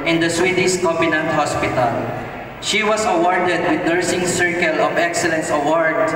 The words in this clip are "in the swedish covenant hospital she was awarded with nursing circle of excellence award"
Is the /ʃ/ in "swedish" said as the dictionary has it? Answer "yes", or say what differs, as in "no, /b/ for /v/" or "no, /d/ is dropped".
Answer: no, /s/ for /ʃ/